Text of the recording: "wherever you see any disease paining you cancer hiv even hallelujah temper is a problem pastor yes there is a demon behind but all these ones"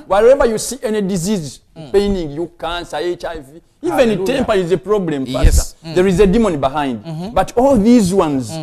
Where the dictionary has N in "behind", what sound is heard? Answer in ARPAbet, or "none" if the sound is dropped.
N